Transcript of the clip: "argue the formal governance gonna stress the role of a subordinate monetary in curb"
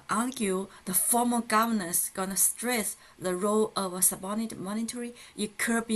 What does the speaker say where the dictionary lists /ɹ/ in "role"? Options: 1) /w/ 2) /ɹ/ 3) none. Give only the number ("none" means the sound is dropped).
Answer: 2